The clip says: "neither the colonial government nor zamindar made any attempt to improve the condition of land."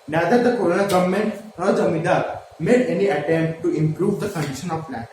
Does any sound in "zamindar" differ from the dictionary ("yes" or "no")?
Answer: yes